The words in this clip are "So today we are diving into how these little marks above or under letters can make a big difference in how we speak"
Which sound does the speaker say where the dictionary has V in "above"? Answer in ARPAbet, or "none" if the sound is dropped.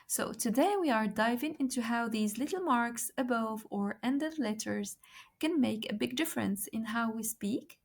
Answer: V